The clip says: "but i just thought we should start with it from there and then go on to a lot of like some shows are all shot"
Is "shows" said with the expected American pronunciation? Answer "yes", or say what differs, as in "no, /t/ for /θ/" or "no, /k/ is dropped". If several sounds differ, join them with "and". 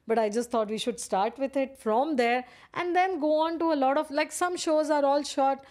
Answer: yes